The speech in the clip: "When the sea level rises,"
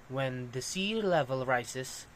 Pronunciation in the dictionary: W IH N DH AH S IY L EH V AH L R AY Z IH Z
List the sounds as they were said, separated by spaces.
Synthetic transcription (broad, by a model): W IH N DH AH S IY L EH V AH L R AY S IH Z